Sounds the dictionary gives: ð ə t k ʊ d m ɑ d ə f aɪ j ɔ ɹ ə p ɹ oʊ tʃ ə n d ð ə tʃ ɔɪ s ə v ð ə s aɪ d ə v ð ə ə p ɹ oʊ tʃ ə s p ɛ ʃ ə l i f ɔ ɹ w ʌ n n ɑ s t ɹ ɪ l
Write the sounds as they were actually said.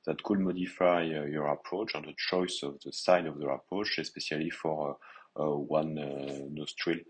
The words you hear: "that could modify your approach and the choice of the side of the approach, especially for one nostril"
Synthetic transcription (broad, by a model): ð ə t k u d m ɑ d ə f aɪ j ɔ ɹ ə p ɹ oʊ tʃ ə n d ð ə tʃ ɔɪ s ə v ð ə s aɪ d ə v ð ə ə p ɹ oʊ tʃ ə s p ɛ s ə l i f ɔ ɹ w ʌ n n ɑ s t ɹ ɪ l